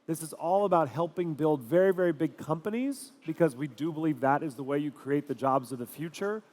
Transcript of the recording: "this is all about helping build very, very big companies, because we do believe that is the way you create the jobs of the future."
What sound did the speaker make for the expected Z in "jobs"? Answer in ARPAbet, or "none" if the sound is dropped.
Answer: Z